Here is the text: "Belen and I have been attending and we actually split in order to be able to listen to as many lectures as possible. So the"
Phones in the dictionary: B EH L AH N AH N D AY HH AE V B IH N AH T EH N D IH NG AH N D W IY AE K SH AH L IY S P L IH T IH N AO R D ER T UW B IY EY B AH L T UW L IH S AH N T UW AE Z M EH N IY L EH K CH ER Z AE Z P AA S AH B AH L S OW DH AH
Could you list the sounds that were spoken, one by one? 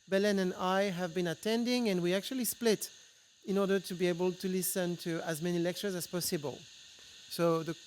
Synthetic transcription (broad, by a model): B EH L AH N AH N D AY HH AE V B IH N AH T EH N D IH NG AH N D W IY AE K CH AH L IY S P L IH T IH N AO R D ER T UW B IY EY B AH L T UW L IH S AH N T UW AE Z M EH N IY L EH K CH ER Z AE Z P AA S AH B AH L S OW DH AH